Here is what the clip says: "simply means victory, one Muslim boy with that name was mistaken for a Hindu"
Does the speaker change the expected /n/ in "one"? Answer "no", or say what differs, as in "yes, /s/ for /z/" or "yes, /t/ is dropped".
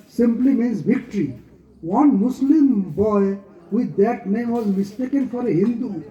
no